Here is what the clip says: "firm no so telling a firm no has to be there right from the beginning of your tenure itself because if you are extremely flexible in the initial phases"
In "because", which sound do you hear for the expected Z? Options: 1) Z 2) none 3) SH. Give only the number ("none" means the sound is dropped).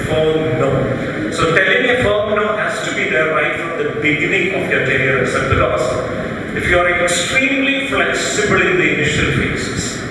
2